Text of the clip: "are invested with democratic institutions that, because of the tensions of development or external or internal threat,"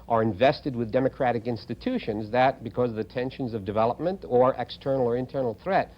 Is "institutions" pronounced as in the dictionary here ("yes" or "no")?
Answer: yes